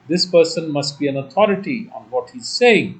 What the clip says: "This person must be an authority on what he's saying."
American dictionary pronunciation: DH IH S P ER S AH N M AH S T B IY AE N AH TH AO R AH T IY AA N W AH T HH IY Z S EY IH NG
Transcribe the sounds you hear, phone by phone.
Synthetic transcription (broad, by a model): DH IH S P ER S AH N M AH S T B IY AE N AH T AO R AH T IY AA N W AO T HH IY Z S EY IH NG